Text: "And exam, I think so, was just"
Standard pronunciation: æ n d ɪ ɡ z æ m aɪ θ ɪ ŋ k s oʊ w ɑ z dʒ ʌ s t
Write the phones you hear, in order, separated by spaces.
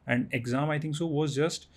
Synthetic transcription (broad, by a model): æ n d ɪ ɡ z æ m aɪ t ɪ ŋ k s oʊ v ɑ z dʒ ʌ s t